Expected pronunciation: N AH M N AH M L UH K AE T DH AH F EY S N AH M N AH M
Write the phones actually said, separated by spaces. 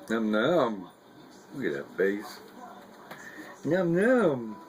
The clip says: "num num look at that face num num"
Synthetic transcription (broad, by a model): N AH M N AH M W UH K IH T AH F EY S N AH M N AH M